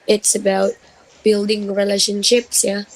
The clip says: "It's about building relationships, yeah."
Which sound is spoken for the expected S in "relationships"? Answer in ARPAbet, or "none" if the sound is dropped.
S